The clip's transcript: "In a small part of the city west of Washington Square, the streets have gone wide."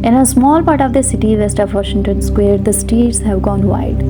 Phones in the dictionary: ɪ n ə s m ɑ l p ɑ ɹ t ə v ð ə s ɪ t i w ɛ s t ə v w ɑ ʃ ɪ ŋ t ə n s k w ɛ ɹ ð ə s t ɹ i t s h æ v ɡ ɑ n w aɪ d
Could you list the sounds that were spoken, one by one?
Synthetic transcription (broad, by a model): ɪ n ə s m ɑ l p ɑ ɹ t ə v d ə s ɪ t i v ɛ s t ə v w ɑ ʃ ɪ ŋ t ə n s k w ɛ ɹ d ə s t i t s h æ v ɡ ɑ n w aɪ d